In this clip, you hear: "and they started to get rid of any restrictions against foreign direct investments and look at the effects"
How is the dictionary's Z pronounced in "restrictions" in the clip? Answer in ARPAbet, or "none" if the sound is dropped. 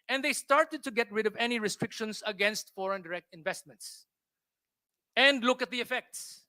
S